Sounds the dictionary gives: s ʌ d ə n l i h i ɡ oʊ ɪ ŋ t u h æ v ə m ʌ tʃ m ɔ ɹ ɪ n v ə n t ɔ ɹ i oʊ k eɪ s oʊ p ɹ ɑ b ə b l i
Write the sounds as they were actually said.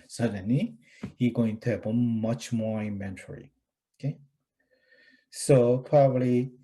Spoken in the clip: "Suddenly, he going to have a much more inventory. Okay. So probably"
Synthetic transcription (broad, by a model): s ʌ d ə n l i h i ɡ oʊ ɪ ŋ t u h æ b ə m ʌ tʃ m ɔ ɹ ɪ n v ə n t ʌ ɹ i oʊ k eɪ s oʊ p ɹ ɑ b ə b l i